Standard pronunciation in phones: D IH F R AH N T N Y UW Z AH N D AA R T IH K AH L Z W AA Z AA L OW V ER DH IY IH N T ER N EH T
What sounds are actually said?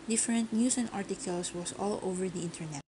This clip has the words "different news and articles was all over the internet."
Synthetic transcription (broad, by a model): D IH F R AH N T N Y UW S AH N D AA R T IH K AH L S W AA S AA L OW V ER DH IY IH N T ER N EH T